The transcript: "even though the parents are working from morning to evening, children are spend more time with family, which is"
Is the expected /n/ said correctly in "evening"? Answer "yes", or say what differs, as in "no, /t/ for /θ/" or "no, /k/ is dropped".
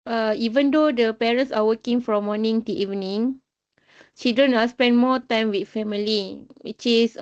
yes